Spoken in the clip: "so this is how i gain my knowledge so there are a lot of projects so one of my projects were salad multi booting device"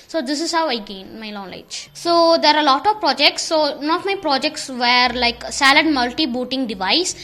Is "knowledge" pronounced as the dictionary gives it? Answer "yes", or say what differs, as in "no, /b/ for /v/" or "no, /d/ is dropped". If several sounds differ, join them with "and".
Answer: no, /l/ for /n/